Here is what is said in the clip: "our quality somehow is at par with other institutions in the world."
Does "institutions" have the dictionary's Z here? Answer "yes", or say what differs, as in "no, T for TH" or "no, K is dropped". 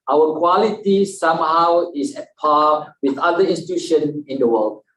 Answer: no, Z is dropped